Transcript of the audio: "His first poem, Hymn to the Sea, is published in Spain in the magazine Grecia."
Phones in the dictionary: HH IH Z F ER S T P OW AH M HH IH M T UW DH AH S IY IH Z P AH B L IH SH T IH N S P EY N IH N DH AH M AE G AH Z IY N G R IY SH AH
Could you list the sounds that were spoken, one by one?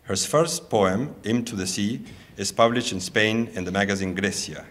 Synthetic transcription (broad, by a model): HH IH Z F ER S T P OW AH M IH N T UW DH AH S IY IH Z P AH B L IH SH T IH N S P EY N IH N DH AH M AE G AH Z IY N G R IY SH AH